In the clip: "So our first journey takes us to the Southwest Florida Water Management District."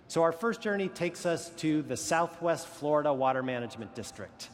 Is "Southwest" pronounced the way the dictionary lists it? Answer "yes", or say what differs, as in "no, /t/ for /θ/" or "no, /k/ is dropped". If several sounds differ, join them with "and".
yes